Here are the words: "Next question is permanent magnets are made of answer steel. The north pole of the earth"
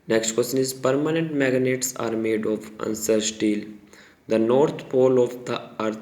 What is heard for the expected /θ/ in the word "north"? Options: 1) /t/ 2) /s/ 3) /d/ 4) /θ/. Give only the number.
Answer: 1